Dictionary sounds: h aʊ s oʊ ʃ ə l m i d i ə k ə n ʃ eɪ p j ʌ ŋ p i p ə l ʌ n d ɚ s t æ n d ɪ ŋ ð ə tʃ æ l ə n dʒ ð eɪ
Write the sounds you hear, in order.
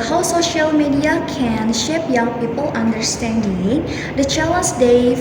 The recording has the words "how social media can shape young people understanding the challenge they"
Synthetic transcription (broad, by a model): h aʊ s oʊ ʃ ə l m i d i ə k ə n ʃ eɪ p j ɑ ŋ p i p ə l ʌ n d ɚ s t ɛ n d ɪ ŋ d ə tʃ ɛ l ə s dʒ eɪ